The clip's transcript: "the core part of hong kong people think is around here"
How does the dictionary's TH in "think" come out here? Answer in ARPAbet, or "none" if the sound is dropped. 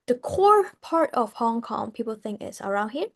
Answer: TH